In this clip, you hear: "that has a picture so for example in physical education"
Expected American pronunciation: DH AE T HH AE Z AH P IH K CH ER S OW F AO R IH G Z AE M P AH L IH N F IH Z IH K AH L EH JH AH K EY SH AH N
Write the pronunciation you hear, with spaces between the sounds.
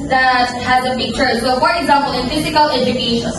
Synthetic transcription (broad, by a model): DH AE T HH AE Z AH B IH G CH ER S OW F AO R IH G Z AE M P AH L IH N F IH Z IH K AH L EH JH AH K EY SH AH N